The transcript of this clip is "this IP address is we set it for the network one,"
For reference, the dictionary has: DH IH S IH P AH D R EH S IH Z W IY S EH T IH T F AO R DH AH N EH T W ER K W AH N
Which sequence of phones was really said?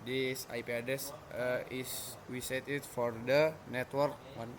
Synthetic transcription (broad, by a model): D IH S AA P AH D EH S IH S W IY S EH T IH T F AO R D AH N EH T W ER K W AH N